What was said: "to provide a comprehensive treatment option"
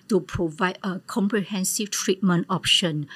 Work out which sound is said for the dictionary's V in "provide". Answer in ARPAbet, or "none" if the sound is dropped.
V